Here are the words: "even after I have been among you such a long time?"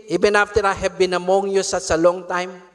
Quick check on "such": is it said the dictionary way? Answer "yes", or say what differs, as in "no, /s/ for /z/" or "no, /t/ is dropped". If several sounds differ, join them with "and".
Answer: no, /s/ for /tʃ/